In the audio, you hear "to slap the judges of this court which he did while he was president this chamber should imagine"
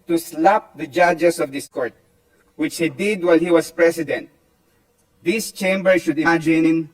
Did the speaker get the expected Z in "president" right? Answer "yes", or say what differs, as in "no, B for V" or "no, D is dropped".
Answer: no, S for Z